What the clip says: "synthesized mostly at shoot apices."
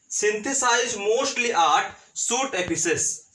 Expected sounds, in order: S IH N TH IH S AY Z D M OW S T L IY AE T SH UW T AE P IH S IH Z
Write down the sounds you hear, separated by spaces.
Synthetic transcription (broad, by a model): S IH N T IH S AY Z M OW S T L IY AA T S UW T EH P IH S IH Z